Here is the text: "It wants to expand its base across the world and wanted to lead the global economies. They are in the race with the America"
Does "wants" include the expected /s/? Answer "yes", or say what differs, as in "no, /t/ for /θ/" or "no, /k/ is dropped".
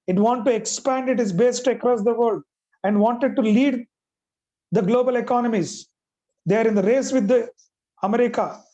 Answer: no, /s/ is dropped